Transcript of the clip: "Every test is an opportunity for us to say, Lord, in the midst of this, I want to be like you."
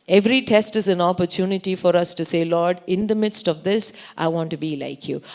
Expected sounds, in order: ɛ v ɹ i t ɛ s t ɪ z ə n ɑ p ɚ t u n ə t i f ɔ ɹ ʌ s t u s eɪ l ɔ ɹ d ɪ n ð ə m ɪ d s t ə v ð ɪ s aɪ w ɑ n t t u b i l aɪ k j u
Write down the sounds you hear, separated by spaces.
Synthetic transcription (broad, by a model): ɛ v ɹ i t ɛ s t ɪ z ə n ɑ p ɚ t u n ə t i f ɔ ɹ ʌ s t u s eɪ l ɔ ɹ d ɪ n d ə m ɪ d s t ə v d ɪ s aɪ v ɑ n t t u b i l aɪ k j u